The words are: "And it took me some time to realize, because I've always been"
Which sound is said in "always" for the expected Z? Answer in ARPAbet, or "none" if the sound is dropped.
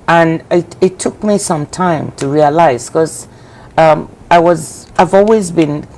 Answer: Z